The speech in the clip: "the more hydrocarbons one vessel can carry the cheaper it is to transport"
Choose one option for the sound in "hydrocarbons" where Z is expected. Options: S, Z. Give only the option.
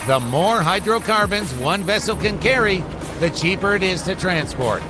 Z